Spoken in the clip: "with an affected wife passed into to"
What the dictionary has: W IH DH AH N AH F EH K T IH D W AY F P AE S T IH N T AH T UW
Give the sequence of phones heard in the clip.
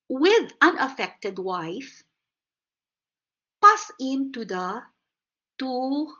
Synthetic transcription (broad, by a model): W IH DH AH N AH F EH K T IH D W AY F P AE S IH N T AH T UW